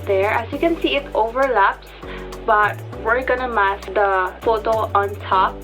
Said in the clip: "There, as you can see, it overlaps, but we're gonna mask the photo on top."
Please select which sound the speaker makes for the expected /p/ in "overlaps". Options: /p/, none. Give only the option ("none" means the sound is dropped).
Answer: /p/